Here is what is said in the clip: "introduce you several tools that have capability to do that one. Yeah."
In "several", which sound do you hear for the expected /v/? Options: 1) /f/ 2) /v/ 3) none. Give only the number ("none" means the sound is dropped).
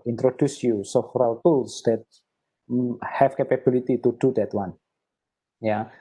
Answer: 1